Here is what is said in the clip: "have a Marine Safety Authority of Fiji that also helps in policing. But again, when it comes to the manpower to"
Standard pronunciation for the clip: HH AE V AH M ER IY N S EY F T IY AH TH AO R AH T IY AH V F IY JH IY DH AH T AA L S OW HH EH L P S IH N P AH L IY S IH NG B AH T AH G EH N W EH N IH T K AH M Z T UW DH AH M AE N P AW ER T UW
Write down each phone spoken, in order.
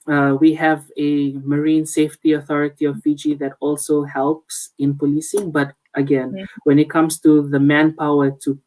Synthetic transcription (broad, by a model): HH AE V AH M ER IY N S EY F T IY AH TH AO R AH T IY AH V F IY JH IY DH AH T AA L S OW HH EH L P S IH N P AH L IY S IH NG B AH T AH G EH N W EH N IH T K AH M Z T UW DH AH M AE N P AW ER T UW